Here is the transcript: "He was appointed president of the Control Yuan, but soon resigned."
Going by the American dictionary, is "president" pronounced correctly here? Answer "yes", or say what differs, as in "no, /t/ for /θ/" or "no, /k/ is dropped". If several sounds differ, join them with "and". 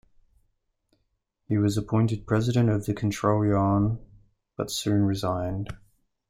yes